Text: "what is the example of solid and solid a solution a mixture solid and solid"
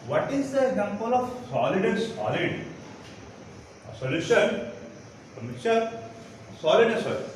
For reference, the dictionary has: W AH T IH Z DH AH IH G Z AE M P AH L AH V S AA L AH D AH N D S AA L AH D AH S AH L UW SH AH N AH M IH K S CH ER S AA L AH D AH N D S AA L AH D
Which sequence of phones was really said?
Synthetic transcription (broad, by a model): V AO T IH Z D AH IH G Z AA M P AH L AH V S AA L AH D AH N S AA L AH D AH S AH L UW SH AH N AH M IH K CH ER S AA L AH D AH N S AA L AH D